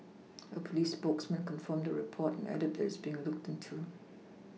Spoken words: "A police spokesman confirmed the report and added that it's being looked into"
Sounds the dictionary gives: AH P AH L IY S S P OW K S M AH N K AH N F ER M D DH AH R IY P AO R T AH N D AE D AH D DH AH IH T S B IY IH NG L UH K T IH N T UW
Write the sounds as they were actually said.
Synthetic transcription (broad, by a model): AH P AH L IY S S P OW K S M AH N K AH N F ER M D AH R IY P AO T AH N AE D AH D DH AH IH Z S B IY IH NG L UH K T IH N T UW